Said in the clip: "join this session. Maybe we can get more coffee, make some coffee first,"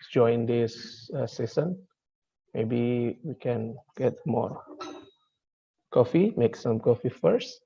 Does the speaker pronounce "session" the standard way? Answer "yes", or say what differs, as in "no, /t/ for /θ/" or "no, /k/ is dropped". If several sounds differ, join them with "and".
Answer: no, /s/ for /ʃ/